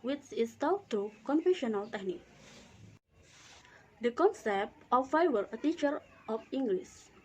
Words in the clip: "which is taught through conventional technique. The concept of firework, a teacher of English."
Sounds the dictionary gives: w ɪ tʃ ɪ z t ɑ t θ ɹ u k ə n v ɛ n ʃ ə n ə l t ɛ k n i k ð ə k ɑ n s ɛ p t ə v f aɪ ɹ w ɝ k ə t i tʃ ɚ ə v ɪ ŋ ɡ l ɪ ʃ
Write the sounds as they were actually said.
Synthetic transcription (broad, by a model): w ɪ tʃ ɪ s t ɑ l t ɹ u k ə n f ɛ ʃ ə n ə l t ɛ k n i k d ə k ɑ n s ɛ p t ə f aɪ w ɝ ə t i tʃ ɚ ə f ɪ ŋ ɡ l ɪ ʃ